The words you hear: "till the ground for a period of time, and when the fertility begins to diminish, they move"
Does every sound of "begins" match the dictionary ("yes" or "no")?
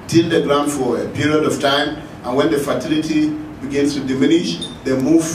no